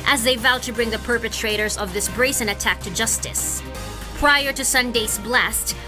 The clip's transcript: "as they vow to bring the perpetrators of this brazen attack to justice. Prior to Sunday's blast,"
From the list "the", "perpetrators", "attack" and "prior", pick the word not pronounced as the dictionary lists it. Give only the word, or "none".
none